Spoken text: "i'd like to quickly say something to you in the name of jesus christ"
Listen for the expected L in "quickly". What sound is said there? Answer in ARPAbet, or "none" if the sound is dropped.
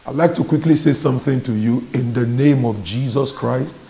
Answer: L